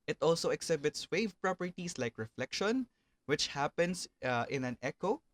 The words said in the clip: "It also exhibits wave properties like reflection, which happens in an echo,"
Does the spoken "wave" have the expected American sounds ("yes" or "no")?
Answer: yes